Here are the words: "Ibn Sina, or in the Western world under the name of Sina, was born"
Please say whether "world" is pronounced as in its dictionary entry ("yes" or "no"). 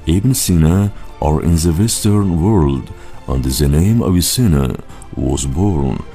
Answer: yes